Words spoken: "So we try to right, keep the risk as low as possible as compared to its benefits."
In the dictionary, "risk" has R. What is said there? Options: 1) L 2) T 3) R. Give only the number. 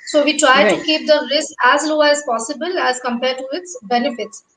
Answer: 1